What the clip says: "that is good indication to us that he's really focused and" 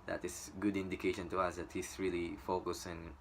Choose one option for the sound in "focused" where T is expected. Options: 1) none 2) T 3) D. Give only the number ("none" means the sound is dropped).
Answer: 1